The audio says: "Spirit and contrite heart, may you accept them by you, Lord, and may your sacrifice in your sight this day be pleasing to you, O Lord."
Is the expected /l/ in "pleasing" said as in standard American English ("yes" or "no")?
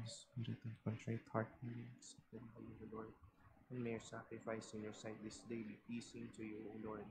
no